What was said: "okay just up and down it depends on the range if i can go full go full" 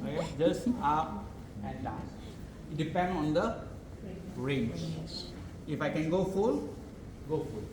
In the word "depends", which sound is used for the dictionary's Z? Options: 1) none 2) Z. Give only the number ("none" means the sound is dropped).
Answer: 1